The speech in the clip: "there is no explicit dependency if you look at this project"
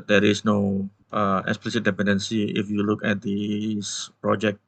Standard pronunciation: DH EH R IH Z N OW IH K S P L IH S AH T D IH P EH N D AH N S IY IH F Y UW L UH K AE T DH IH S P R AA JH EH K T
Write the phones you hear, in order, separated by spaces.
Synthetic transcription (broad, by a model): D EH R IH S N OW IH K S P L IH S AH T D IH P EH N D AH N S IY IH F Y UW L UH K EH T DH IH S P R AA JH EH K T